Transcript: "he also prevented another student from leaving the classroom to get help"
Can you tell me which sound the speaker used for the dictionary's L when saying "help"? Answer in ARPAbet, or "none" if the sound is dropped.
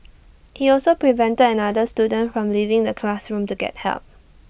L